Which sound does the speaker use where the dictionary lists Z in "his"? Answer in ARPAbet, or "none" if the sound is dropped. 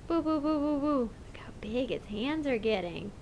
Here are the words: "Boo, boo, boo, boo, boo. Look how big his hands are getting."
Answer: S